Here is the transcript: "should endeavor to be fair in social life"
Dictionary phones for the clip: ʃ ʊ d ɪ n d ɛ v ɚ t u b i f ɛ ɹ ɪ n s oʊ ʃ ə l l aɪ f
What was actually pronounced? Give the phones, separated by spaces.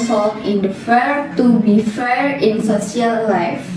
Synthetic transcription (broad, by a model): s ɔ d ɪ n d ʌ f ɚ t u b i f ɛ ɹ ɪ n s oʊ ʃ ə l l aɪ f